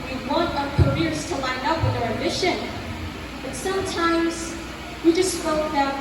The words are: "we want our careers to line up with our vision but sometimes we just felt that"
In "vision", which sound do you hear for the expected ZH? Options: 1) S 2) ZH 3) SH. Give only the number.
3